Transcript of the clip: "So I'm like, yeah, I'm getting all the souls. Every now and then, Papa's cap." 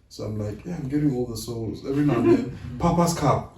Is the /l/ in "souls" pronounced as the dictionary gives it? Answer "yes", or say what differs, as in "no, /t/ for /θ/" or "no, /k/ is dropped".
yes